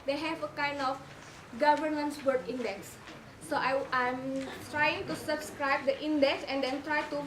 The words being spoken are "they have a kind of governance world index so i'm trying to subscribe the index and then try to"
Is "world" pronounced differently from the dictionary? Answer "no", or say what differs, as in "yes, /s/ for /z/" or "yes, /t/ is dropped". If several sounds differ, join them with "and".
yes, /l/ is dropped